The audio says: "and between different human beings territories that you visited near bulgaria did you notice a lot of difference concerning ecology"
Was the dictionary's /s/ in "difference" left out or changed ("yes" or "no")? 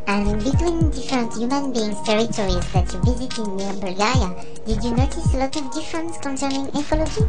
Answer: no